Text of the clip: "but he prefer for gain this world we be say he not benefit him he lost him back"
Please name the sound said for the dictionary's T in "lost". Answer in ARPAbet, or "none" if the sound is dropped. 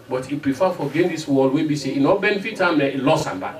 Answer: none